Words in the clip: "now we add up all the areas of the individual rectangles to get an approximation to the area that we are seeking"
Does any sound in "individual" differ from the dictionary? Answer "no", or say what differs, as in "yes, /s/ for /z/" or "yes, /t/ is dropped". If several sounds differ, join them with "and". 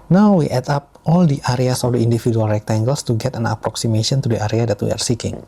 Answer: yes, /f/ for /v/